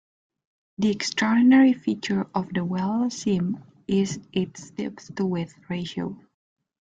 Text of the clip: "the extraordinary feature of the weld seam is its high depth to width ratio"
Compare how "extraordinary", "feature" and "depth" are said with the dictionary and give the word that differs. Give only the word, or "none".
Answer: depth